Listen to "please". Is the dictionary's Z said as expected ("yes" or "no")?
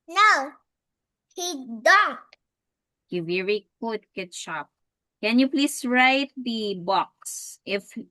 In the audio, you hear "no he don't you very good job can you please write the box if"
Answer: no